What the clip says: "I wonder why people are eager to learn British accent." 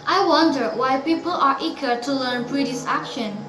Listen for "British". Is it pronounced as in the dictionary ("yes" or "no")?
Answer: no